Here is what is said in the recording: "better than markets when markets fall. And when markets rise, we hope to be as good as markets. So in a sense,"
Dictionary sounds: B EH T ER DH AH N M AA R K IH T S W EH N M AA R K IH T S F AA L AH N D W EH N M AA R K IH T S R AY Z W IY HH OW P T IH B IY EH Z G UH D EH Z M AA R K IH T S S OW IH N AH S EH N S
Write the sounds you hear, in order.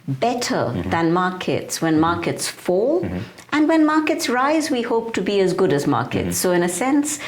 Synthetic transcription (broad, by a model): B EH T ER DH AH N M AA R K IH T S W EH N M AA R K IH T S F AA L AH N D W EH N M AA R K IH T S R AY Z W IY HH OW P T IH B IY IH Z G UH D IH Z M AA R K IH T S S OW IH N AH S EH N S